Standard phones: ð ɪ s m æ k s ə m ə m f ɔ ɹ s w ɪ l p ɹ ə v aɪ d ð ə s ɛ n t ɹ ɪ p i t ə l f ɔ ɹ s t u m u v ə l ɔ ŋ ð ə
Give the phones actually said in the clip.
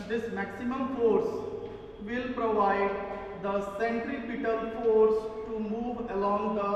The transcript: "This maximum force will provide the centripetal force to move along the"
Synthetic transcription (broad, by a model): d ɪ s m æ k s ə m ə m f ɔ ɹ s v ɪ l p ɹ ə v aɪ d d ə s ɛ n t ɹ ɪ p i t ə l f ɔ ɹ s t u m u v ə l ɔ ŋ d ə